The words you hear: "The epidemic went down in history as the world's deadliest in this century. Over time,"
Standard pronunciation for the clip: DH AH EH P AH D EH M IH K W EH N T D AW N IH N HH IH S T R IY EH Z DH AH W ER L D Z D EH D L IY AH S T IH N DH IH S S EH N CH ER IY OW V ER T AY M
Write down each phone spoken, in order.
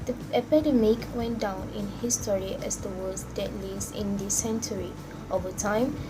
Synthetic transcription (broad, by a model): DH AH EH P AH D EH M IH K W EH N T D AW N IH N HH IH S T R IY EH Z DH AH W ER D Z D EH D L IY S IH N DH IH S S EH N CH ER IY OW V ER T AY M